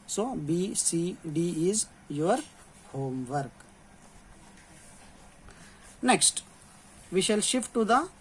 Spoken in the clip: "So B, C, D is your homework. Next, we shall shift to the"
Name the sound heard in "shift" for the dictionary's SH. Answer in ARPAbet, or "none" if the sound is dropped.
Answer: SH